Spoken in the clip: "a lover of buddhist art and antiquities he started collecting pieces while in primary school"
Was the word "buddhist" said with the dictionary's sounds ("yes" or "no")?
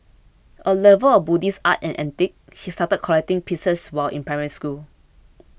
no